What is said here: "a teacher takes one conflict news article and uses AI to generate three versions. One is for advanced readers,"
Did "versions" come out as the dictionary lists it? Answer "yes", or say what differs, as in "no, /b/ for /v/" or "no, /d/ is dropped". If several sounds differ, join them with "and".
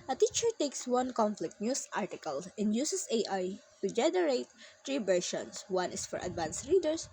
no, /ʃ/ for /ʒ/ and /s/ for /z/